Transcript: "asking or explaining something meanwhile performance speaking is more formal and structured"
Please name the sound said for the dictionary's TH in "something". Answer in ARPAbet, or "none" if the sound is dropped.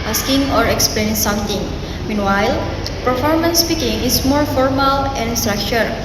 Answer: T